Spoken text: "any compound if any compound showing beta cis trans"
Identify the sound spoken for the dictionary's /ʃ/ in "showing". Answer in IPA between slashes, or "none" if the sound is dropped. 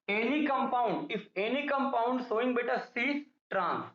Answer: /s/